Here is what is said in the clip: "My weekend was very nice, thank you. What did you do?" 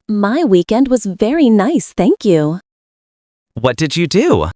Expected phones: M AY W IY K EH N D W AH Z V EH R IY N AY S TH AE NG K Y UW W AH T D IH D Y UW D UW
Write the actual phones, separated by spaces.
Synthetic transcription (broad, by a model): M AY W IY K EH N D W AH Z V EH R IY N AY S TH AE NG K Y UW W AH T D IH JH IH D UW